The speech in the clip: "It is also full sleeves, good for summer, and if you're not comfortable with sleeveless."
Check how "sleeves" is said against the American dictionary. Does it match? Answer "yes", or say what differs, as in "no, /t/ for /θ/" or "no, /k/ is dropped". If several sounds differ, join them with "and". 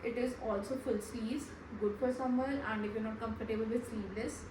no, /v/ is dropped